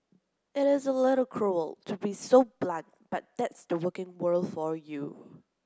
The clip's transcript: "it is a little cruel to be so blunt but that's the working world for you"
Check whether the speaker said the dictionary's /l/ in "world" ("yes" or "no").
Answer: yes